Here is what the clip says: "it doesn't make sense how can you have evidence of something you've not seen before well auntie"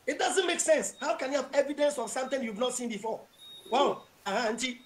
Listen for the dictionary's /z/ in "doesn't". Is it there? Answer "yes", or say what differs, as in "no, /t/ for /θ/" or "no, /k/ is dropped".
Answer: yes